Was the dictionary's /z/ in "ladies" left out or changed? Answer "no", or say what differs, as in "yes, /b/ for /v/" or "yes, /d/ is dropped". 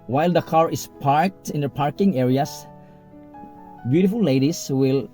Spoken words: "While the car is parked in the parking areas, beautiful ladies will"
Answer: yes, /s/ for /z/